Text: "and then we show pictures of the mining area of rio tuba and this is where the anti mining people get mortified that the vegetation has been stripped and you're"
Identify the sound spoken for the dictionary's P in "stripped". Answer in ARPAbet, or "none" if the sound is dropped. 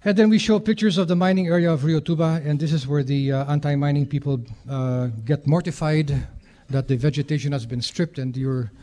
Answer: P